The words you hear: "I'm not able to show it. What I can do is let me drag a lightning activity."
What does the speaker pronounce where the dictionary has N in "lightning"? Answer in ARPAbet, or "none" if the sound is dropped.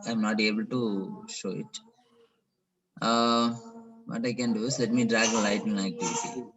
none